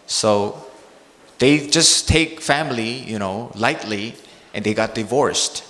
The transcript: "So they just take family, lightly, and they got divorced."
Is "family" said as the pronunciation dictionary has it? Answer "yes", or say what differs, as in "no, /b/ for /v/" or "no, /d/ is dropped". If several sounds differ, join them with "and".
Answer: no, /n/ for /l/